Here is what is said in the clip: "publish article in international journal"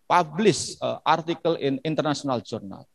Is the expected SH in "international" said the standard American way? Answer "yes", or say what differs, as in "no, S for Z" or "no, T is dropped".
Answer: no, S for SH